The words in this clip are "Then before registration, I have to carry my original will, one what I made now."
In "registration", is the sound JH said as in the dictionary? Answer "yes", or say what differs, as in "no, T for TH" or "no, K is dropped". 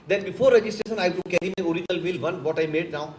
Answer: yes